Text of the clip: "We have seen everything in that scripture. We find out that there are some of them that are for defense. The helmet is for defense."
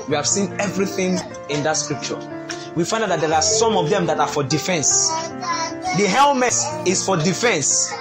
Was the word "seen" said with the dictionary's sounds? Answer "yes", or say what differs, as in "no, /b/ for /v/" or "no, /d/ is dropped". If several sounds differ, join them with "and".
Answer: yes